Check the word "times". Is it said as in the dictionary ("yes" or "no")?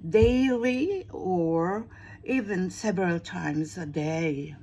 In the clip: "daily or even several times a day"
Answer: yes